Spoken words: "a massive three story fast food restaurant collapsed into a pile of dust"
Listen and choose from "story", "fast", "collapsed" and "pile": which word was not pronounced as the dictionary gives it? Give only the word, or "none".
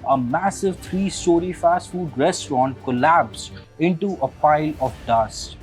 collapsed